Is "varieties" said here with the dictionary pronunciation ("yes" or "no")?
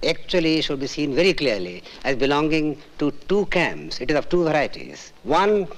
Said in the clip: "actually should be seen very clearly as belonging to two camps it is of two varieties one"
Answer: yes